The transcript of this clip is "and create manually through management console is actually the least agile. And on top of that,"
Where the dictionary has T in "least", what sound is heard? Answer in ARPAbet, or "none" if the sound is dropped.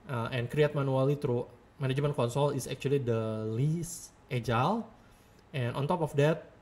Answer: T